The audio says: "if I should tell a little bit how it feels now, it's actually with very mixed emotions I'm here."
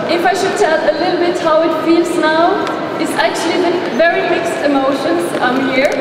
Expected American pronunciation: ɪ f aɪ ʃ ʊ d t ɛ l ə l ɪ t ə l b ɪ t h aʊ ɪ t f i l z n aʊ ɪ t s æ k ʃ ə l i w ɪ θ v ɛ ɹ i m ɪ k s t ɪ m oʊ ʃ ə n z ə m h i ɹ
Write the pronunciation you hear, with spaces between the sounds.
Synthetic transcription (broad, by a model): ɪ f aɪ ʃ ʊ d t ɛ l ə l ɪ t l b ɪ t h aʊ ɪ t f i l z n aʊ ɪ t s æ k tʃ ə l i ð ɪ v ɛ ɹ i m ɪ k s t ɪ m oʊ ʃ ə n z ə m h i ɹ